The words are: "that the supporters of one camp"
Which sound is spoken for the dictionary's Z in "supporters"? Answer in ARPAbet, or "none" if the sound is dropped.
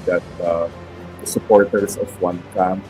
S